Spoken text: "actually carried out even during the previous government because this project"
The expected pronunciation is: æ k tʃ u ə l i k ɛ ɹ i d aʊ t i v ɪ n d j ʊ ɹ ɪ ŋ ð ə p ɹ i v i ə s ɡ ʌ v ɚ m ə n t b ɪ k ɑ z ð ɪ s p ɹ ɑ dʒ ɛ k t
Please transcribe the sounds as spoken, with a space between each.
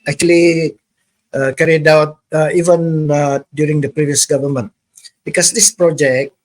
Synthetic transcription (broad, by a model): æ k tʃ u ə l i k ɛ ɹ i d aʊ t i v ɪ n d j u ɹ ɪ ŋ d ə p ɹ i v i ə s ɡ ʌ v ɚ m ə n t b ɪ k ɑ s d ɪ s p ɹ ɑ dʒ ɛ k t